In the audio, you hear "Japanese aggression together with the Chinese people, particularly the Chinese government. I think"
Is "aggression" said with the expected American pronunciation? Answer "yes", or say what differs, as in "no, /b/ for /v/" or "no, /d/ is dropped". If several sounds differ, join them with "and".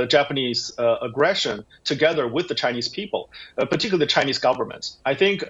yes